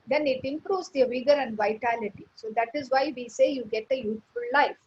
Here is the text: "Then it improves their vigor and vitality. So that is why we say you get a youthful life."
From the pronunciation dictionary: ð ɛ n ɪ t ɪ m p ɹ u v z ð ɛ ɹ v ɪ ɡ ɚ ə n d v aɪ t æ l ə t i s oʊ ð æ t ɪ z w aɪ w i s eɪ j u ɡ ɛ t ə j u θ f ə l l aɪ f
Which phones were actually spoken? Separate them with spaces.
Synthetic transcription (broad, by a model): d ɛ n ɪ t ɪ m p ɹ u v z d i v ɪ ɡ ɚ ə n d v aɪ t æ l ə t i s oʊ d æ t ɪ z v aɪ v i s eɪ j u ɡ ɛ t ə j u t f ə l l aɪ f